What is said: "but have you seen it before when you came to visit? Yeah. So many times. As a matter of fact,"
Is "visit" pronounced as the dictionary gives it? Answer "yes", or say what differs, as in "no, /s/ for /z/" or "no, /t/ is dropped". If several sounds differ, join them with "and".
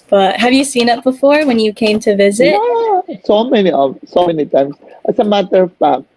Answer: yes